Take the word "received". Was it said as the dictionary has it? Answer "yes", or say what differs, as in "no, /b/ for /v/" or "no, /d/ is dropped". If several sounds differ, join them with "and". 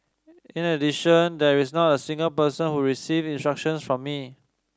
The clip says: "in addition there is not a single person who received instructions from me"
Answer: no, /d/ is dropped